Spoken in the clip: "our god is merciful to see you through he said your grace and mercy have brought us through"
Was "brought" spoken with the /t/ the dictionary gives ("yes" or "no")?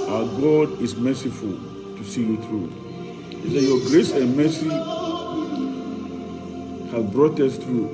yes